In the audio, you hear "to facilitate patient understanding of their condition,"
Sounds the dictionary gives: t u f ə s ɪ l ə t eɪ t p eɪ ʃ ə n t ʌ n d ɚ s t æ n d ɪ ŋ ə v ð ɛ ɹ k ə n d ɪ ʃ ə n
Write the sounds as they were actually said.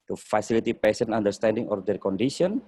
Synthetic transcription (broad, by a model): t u f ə s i l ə t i p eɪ s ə n ɑ n d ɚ s t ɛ n d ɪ ŋ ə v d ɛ ɹ k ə n d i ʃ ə n